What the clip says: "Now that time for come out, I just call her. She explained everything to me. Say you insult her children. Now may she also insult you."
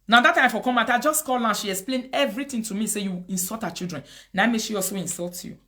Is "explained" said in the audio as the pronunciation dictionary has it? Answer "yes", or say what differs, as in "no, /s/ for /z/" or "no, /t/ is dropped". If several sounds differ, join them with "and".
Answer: no, /d/ is dropped